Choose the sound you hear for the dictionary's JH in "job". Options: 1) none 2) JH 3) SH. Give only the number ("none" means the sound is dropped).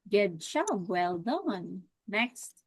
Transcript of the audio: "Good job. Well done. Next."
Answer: 3